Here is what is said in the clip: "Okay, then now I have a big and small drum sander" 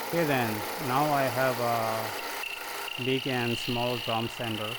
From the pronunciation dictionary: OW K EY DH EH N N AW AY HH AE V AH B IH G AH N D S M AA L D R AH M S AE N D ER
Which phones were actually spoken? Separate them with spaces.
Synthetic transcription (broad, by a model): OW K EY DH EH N N AW AY HH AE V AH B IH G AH N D S M AA L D AH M S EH N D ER